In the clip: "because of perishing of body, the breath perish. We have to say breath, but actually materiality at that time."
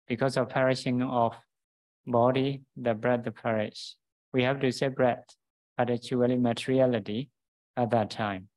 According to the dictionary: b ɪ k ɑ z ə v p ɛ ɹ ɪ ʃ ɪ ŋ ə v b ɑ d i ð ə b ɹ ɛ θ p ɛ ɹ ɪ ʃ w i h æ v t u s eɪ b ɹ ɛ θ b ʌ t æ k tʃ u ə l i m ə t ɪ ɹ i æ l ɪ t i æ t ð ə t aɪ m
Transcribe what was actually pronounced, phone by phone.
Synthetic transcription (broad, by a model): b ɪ k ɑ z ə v p ɛ ɹ ɪ ʃ ɪ ŋ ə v b ɑ d i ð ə b ɹ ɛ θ p ɛ ɹ ɪ ʃ w i h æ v t u s eɪ b ɹ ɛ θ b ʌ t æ tʃ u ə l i m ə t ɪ ɹ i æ l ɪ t i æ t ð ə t aɪ m